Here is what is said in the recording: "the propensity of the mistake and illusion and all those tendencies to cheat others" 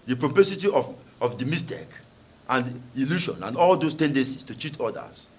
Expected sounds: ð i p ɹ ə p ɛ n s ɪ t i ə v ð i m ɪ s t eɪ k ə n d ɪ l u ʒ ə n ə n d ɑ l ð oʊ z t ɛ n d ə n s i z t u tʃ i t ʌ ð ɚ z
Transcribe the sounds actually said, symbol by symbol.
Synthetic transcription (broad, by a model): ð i p ɹ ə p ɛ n s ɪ t i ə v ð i m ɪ s t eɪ k ə n d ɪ l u ʃ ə n ə n d ɑ l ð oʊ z t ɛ n d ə n s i s t u tʃ i t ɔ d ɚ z